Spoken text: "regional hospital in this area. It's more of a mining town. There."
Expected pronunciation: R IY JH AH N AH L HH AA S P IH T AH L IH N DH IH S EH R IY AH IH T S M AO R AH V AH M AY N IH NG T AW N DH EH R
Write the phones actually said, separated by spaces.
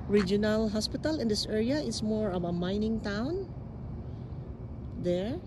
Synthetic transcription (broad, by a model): R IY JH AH N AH L HH AA S P IH T AH L IH N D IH S EH R IY AH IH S M AO R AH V AH M AY N IH NG T AW N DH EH R